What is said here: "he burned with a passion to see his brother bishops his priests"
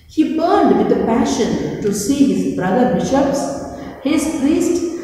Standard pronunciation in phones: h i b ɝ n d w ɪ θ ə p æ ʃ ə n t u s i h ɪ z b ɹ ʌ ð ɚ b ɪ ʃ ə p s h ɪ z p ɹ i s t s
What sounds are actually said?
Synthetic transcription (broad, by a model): h i b ɝ n d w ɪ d ə p æ ʃ ə n t u s i h ɪ z b ɹ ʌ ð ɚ b ɪ ʃ ə p s h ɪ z p ɹ i s t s